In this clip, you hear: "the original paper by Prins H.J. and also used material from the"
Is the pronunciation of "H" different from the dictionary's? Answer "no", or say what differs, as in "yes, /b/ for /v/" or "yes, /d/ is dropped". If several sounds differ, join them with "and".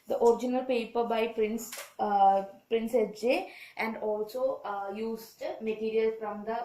yes, /s/ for /tʃ/